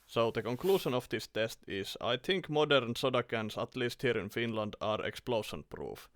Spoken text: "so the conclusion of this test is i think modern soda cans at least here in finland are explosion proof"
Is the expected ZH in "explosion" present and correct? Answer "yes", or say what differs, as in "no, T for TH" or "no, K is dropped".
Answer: no, SH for ZH